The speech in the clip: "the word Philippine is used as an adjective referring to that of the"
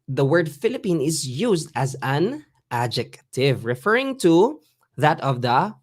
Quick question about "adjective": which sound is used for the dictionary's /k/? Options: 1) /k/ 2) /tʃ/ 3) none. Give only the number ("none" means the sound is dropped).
1